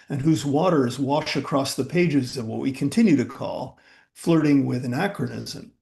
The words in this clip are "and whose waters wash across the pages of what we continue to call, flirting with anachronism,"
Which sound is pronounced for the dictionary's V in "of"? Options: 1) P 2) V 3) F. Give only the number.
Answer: 2